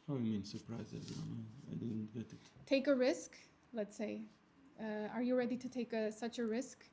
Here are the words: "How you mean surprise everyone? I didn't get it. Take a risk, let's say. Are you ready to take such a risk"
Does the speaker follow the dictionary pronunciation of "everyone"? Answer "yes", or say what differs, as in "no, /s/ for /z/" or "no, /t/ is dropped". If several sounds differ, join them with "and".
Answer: no, /n/ is dropped